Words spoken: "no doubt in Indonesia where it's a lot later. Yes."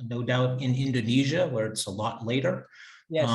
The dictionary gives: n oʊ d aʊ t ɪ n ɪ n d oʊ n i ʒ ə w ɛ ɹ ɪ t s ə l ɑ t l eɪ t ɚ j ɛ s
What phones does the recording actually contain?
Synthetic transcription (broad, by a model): n oʊ d aʊ t ɪ n ɪ n d oʊ n i ʒ ə w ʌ ɹ ɪ t s ə l ɑ t l eɪ t ɚ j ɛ